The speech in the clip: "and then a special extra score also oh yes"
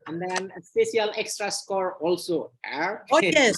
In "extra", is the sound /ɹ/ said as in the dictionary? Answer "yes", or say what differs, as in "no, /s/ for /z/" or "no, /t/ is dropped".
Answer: yes